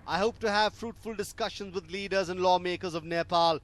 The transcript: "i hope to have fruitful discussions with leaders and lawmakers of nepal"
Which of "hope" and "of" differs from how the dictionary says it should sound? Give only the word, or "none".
none